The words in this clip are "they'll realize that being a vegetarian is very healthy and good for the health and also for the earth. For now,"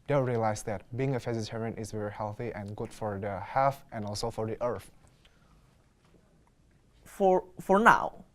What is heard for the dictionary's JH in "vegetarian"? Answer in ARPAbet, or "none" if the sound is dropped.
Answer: Z